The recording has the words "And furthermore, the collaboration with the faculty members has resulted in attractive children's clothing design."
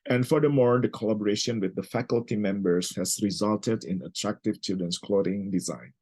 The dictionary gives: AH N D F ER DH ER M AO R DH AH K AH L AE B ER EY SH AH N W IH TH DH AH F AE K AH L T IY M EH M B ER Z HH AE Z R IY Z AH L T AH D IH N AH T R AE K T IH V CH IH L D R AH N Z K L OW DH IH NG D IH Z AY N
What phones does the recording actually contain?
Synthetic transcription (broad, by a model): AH N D F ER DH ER M AO R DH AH K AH L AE B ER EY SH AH N W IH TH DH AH F AE K AH L T IY M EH M B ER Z HH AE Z R IY Z AH L T AH D IH N AH T R AE K T IH V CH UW D AH N S K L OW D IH NG D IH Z AY N